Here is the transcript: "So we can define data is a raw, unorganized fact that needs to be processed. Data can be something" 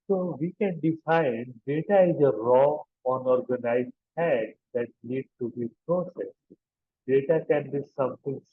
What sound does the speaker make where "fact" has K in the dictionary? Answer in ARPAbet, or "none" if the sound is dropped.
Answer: none